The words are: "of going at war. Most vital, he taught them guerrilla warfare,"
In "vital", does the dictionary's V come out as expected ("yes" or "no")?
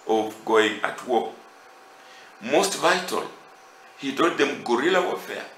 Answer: yes